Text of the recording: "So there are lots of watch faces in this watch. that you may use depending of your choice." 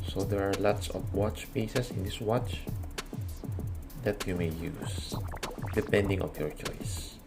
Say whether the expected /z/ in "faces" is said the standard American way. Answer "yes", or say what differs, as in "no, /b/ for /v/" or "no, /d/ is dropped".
no, /s/ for /z/